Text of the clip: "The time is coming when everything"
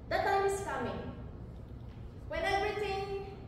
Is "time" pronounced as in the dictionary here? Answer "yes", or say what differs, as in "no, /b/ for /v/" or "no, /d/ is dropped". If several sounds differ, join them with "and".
yes